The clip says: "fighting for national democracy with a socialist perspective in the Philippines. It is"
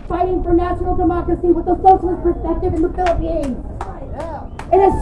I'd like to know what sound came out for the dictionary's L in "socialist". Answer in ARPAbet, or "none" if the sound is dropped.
none